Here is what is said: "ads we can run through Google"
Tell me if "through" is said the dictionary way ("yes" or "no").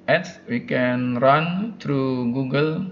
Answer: no